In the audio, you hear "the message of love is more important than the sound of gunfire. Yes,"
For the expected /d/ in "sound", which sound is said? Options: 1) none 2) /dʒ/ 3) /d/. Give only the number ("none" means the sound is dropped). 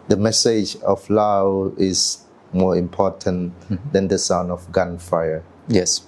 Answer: 1